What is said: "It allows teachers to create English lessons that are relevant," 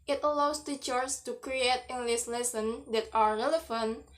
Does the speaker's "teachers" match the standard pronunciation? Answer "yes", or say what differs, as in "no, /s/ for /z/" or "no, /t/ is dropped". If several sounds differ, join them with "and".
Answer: no, /s/ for /z/